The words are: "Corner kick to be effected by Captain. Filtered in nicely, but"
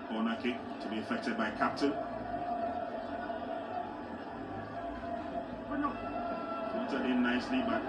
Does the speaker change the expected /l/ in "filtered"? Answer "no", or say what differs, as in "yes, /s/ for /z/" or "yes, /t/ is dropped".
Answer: yes, /l/ is dropped